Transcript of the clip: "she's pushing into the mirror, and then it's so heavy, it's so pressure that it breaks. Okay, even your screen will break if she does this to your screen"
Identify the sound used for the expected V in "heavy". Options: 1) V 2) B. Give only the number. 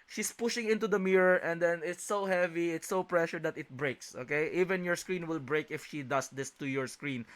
1